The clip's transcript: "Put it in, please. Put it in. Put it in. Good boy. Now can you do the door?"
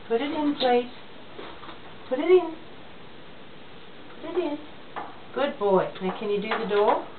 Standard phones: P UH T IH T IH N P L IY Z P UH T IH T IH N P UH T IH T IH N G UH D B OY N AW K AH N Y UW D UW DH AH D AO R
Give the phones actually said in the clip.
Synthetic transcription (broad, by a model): P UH T IH T IH N P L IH S P UH T IH T IH N P UH T IH T IH N G UH D B OY N AW K AH N Y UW D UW DH AH D AO